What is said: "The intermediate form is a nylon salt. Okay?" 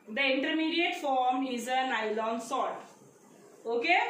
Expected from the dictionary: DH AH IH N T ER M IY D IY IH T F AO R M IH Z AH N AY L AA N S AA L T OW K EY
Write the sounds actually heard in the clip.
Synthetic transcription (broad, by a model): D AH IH N T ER M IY D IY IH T F AO R M IH Z AH N AY L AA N S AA T OW K EY